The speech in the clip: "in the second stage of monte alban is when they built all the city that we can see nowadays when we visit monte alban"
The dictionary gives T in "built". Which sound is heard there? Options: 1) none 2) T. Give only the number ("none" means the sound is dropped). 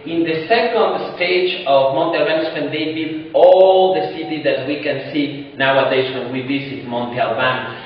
1